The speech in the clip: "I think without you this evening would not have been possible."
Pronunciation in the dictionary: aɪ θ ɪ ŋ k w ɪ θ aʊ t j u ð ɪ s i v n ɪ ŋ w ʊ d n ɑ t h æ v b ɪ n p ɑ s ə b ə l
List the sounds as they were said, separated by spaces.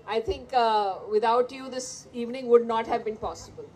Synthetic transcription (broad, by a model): aɪ t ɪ ŋ k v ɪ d aʊ t j u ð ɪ s i v n ɪ ŋ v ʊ d n ɑ t h æ v b ɪ n p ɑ s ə b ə l